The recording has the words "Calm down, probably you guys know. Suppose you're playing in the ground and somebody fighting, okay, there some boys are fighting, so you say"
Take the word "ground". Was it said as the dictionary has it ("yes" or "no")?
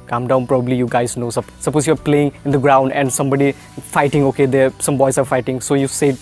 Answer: yes